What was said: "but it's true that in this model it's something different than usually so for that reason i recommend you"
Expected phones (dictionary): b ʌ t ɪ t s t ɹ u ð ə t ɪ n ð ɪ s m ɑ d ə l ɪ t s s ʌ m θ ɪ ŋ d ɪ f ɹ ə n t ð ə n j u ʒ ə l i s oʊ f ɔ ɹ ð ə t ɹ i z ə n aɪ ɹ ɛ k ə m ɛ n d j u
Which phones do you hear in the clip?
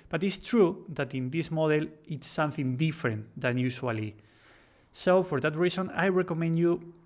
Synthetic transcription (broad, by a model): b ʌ t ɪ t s t ɹ u ð ə t ɪ n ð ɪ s m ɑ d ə l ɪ t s s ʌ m θ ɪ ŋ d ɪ f ɹ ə n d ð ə n j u ʃ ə l i s oʊ f ɔ ɹ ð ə t ɹ i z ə n aɪ ɹ ɛ k ə m ɛ n d j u